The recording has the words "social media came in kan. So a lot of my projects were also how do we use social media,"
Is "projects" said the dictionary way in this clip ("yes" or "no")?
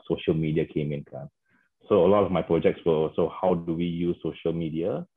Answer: yes